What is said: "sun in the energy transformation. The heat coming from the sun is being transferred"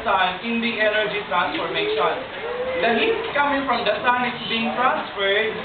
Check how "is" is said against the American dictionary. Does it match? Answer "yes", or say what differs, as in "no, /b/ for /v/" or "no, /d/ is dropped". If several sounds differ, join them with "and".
no, /s/ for /z/